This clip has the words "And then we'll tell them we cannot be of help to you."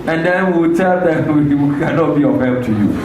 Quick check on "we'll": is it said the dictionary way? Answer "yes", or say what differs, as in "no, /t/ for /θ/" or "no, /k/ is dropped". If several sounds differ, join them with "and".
no, /w/ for /l/